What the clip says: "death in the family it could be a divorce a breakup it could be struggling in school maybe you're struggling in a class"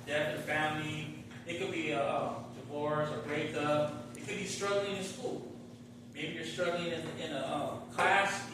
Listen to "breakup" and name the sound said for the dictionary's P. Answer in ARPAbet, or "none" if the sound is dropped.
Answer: none